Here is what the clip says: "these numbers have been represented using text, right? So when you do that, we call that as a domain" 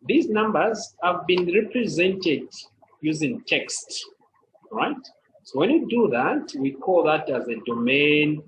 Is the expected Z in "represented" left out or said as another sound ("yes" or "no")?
no